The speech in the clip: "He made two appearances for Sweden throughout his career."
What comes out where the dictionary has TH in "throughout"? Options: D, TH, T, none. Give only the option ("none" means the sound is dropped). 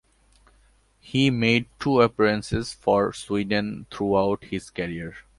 T